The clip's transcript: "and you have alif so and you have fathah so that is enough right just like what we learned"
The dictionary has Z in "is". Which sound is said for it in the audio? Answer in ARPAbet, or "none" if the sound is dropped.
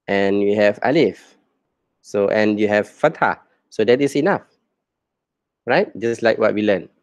S